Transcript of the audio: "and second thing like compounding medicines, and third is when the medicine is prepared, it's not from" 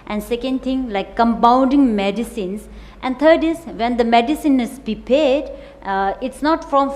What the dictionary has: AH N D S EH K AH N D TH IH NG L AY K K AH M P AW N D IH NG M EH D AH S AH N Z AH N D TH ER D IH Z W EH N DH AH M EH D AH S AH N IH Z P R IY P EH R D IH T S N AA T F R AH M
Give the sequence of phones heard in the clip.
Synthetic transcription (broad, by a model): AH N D S EH K AH N D T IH NG L AY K K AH M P AW N D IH NG M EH D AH S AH N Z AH N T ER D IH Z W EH N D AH M EH D AH S AH N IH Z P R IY P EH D IH T S N AA T F R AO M